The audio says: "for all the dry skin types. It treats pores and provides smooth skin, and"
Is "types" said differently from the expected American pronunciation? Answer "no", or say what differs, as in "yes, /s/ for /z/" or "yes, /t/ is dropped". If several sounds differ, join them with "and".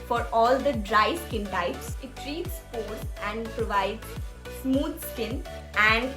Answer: no